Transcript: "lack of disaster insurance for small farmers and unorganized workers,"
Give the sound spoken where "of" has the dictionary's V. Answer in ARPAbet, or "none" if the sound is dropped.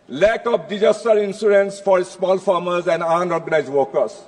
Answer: P